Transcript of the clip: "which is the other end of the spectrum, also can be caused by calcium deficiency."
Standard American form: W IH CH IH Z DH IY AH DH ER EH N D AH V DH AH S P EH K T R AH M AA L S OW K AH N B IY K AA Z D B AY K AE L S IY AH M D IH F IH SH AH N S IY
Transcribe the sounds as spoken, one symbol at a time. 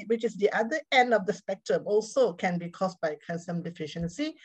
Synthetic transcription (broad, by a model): W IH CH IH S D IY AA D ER EH N D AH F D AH S P EH K T R AH M AA L S OW K AH N B IY K AA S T B AY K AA N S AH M D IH F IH SH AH N S IY